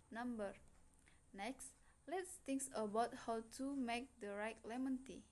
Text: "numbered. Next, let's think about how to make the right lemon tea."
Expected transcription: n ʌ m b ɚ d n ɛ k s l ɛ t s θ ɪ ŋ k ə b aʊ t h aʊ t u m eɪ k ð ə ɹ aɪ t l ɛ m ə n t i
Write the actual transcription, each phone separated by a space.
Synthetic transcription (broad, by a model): n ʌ m b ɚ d n ɛ k s l ɛ t s t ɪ ŋ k ə b aʊ t h aʊ t u m eɪ k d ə ɹ aɪ t l ɛ m ə n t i